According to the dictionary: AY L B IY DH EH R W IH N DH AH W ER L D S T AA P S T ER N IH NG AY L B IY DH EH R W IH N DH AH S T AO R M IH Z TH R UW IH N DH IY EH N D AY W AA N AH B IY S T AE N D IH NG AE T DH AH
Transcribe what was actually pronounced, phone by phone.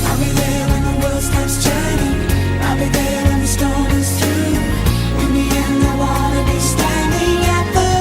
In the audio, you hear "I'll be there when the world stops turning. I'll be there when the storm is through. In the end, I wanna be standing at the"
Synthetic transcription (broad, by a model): AY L B IY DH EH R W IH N DH AH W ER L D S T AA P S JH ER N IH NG AY L B IY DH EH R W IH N DH AH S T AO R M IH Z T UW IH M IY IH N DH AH W AA L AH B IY S T AE N D IH NG AE T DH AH